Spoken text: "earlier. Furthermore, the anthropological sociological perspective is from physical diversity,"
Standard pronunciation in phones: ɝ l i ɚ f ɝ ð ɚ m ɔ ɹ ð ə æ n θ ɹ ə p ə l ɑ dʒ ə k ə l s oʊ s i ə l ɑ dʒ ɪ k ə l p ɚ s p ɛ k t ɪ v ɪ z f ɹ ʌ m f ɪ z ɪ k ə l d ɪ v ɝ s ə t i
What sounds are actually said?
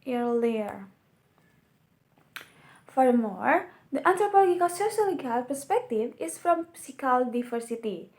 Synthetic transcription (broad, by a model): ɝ l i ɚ f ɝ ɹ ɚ m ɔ ɹ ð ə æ n t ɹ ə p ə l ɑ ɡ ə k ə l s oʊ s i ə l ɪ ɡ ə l p ɚ s p ɛ k t ɪ v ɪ s f ɹ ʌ m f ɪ s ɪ k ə l d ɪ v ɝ s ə t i